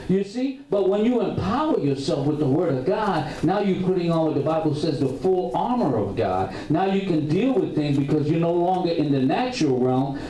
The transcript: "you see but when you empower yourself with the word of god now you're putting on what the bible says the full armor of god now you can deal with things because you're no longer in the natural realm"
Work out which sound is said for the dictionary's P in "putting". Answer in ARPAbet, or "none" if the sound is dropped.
P